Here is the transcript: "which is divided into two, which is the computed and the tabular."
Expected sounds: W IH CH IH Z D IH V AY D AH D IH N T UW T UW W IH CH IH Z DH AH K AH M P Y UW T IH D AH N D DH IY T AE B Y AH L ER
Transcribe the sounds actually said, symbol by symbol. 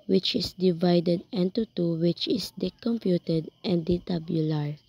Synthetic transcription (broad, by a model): W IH CH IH S D IH V AY D AH D IH N T UW T UW W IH CH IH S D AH K AH M P Y UW T IH D AH N D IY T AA B Y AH L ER